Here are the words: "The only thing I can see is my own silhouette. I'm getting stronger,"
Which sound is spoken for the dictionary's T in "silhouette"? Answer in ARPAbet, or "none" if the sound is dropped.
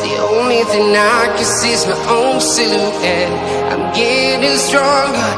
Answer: none